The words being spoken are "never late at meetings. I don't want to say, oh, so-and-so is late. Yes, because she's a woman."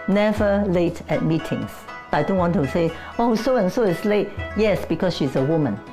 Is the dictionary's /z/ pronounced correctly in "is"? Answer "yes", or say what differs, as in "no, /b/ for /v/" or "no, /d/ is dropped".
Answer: no, /s/ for /z/